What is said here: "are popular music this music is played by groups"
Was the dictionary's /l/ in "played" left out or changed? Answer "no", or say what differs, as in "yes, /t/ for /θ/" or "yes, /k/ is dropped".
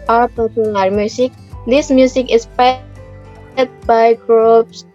yes, /l/ is dropped